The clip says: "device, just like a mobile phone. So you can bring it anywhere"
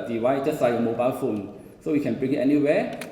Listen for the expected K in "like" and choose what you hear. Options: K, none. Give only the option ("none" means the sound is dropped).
none